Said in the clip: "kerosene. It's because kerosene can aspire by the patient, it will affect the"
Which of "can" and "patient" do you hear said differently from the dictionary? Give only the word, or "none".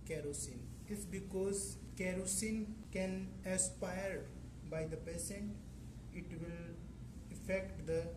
patient